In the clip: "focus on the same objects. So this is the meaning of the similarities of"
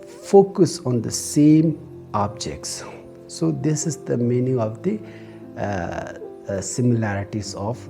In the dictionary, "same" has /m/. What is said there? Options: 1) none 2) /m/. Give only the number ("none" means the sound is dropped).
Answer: 2